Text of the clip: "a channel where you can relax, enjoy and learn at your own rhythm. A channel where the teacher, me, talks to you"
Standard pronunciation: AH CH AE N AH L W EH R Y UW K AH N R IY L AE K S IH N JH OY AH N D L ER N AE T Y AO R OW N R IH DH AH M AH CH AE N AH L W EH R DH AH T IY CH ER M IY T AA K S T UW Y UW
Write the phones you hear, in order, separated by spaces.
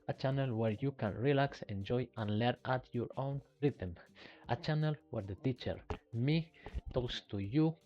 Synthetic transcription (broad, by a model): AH CH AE N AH L W EH R Y UW K AH N R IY L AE K S IH N JH OY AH N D L ER N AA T Y AO R OW N R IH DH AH M AH CH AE N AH L W EH R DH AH T IY CH ER M IY T AA K S T UW Y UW